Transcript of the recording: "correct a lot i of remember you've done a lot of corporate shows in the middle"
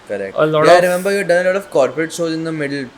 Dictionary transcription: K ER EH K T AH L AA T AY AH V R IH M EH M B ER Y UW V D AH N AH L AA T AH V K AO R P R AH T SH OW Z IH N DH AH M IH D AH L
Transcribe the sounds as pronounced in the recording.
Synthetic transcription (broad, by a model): K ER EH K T AH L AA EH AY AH R IH M EH M B ER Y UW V D AH N AH L AA T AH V K AO R P R AH T S OW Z IH N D AH M IH D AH L